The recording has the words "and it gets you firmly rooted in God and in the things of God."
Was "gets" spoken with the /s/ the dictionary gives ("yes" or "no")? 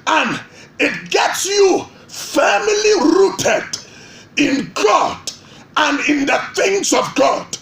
yes